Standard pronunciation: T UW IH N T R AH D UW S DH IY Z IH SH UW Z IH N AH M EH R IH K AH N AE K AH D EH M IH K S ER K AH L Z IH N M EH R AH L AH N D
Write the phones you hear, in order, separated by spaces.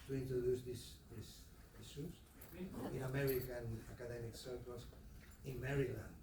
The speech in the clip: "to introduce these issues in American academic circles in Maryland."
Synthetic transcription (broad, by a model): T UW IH N T R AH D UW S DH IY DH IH S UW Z IH N AH M EH R IH K AH N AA K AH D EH M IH K S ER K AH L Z IH N M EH R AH L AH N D